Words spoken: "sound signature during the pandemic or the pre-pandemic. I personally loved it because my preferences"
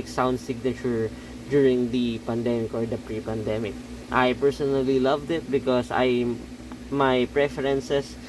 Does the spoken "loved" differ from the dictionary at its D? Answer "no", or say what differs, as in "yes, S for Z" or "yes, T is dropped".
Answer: no